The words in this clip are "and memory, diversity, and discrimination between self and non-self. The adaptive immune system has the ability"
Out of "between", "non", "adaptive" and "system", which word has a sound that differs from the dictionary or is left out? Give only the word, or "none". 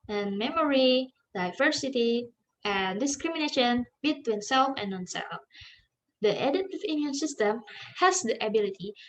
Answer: adaptive